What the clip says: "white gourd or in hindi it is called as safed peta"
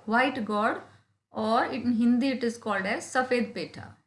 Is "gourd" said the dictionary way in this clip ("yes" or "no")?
yes